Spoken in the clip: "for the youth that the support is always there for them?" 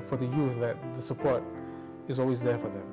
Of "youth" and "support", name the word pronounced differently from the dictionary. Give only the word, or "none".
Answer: none